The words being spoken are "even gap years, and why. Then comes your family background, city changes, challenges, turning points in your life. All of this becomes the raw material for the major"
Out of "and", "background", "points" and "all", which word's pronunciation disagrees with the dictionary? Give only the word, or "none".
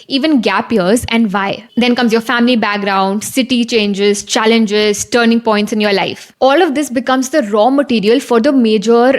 none